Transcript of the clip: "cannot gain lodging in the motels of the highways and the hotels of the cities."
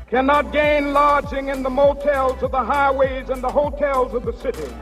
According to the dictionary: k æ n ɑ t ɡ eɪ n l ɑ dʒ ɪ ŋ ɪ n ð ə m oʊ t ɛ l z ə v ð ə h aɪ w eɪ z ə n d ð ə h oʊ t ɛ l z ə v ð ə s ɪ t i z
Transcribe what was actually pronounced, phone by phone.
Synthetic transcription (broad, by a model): k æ n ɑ t ɡ eɪ n l ɑ dʒ ɪ ŋ ɪ n ð ə m oʊ t ɛ l z ə v ð ə h aɪ w eɪ z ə n ð ə h oʊ t ɛ l z ə v ð ə s ɪ t i